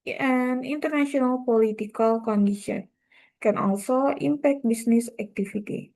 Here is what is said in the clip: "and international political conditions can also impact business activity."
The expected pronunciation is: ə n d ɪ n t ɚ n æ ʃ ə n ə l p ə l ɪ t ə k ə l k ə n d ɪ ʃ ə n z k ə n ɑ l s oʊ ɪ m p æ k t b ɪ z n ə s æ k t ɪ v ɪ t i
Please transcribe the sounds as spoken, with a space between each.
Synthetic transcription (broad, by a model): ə n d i n t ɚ n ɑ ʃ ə n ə l p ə l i t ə k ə l k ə n d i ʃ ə n k ə n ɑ l s oʊ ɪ m p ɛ k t b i s n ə s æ k t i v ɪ t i